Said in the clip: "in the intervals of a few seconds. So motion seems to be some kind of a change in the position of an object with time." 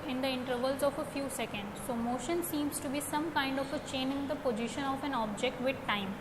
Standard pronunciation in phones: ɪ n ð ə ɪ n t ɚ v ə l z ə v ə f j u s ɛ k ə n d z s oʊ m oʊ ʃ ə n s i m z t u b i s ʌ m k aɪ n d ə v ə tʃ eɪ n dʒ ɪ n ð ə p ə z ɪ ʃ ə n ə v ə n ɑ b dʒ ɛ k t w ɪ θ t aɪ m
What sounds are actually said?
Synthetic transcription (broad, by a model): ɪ n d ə ɪ n t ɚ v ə l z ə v ə f j u s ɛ k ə n d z s oʊ m oʊ ʃ ə n s i m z t u b i s ʌ m k aɪ n d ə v ə tʃ eɪ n ɪ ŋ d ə p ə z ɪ ʃ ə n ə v ə n ɑ b dʒ ɛ k t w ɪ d t aɪ m